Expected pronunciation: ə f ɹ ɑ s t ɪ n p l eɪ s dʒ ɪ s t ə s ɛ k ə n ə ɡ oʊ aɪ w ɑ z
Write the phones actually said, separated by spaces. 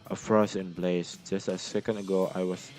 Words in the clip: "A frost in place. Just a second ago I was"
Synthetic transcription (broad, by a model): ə f ɹ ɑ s ɪ n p l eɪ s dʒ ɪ s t ə s ɛ k ə n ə ɡ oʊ aɪ w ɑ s